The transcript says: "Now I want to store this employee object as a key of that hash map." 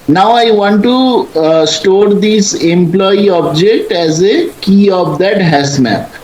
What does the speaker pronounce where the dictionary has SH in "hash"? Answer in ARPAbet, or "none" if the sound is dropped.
S